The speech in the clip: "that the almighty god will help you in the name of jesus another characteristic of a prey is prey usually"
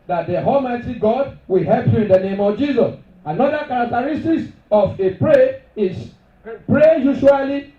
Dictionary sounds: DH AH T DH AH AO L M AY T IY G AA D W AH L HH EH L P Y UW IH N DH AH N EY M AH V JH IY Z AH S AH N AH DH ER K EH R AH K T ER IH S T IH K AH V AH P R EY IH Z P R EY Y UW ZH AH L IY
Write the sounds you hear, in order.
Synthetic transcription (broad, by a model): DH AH T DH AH AO L M AY T IY G AA D W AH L HH EH L P Y UW IH N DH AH N EY M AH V JH IY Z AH S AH N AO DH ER K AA R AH K T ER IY S T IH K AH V AH P R EY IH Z P R EY Y UW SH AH L IY